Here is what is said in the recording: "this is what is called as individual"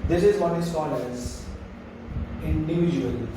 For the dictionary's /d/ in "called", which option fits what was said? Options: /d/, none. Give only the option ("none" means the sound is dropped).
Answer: none